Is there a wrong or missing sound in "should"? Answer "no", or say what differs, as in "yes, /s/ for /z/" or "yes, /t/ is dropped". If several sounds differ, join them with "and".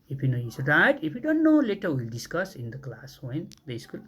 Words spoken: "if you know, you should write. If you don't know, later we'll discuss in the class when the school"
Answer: yes, /s/ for /ʃ/